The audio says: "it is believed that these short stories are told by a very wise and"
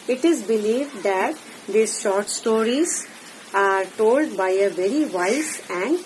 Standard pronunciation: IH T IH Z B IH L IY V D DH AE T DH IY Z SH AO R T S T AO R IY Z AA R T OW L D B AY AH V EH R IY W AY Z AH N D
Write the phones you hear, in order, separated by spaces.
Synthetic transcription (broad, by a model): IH T IH Z B IH L IY V D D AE T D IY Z SH AO R T S T AO R IY Z AA R T OW L D B AY AH V EH R IY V AY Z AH N D